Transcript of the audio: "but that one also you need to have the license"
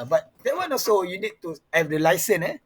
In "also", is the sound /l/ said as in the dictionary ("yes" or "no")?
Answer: no